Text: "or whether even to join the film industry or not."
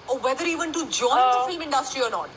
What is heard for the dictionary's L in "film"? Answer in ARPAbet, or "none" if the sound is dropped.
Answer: none